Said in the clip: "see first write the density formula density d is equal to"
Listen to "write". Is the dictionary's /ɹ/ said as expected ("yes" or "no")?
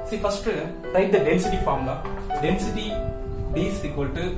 no